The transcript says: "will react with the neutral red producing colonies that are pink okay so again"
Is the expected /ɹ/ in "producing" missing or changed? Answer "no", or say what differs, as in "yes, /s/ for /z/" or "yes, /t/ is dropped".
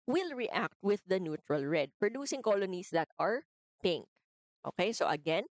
no